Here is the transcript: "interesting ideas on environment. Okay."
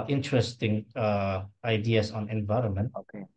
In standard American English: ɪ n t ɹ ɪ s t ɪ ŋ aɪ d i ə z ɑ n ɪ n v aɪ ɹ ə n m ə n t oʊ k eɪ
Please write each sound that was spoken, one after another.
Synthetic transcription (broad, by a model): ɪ n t ɹ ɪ s t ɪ ŋ aɪ d i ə s ɑ n ɪ n v aɪ ɹ ə n m ə n t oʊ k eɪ